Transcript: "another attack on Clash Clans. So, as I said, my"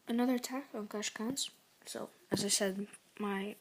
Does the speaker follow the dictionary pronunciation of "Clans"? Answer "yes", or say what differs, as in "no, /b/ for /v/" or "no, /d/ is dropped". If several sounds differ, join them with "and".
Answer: no, /l/ is dropped